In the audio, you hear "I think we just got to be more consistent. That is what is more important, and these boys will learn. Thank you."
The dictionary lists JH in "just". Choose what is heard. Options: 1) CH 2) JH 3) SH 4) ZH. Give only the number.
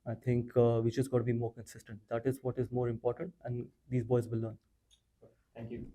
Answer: 1